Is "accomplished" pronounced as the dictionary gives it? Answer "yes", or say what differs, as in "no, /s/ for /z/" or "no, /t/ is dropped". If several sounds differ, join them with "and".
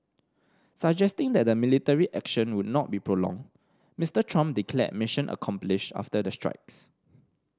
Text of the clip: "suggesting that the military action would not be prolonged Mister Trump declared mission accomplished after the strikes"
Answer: no, /t/ is dropped